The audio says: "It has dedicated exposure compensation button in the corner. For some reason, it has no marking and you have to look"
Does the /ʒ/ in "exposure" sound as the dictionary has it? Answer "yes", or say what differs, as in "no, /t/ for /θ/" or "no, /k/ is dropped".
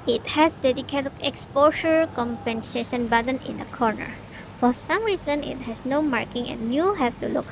no, /ʃ/ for /ʒ/